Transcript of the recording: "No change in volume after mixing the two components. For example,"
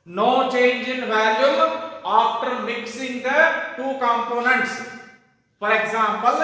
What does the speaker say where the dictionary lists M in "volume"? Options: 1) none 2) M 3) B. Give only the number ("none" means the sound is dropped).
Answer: 1